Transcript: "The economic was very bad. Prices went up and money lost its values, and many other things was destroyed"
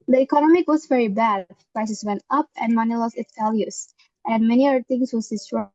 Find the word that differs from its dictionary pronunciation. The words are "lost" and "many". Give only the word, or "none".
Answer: lost